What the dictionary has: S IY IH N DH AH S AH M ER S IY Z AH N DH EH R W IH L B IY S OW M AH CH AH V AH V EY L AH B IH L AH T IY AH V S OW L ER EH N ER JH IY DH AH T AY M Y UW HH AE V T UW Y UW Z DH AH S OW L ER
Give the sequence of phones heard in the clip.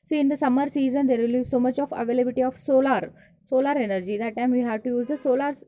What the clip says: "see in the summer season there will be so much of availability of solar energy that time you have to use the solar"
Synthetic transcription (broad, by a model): S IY IH N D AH S AH M ER S IY Z AH N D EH R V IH L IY S OW M AH CH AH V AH V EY L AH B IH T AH S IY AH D S OW L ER EH N ER JH IY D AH T AY M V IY HH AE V T UW Y UW Z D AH S OW L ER